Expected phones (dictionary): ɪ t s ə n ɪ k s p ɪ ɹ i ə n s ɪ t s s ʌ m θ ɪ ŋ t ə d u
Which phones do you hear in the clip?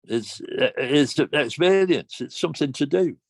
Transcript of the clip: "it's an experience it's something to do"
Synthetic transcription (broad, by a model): ɪ t s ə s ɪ k s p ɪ l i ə n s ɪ t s s ʌ m θ ɪ ŋ t ə d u